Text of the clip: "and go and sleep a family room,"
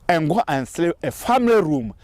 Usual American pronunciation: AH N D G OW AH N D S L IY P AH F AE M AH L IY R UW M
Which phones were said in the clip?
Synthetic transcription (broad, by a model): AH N G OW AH N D S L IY AH F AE M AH L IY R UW M